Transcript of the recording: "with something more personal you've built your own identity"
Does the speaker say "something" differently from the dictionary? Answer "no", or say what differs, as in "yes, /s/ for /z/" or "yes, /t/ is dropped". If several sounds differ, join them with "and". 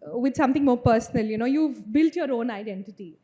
yes, /t/ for /θ/